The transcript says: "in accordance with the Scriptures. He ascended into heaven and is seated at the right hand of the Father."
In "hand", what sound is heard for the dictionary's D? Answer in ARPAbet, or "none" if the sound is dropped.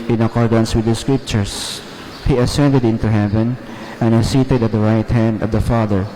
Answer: D